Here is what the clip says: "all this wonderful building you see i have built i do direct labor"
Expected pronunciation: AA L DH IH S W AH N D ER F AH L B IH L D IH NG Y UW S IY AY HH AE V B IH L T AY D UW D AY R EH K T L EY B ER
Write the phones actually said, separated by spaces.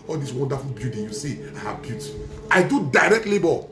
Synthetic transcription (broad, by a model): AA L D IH S W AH N D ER F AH L B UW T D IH Y UW S IY AY HH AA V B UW T AY D UW D AY R EH K T L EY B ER